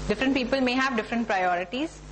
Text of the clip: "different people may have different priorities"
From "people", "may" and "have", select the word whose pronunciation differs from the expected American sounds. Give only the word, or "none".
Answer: none